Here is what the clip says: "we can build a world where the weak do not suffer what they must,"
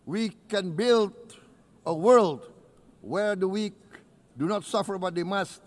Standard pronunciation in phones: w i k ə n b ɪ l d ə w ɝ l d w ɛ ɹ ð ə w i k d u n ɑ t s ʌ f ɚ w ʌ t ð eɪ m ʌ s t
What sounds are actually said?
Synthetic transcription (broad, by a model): w i k ə n b ɪ l d ə w ɝ l d w ɛ ɹ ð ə w i k d u n ɑ t s ʌ f ɚ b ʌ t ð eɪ m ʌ s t